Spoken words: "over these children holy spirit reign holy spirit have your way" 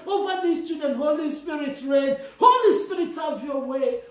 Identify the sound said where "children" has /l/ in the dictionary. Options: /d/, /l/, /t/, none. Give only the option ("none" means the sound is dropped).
none